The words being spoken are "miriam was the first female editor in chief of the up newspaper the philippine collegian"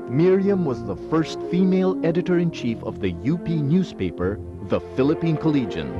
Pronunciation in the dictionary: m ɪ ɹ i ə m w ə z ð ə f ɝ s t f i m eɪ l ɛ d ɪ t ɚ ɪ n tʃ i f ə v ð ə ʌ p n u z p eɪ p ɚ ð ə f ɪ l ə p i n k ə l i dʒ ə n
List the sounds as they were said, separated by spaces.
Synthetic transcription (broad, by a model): m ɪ ɹ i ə m w ə z ð ə f ɝ s t f i m eɪ l ɛ d ɪ t ɚ ɪ n tʃ i f ə v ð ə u p n u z p eɪ p ɚ ð ə f ɪ l ə p i n k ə l i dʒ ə n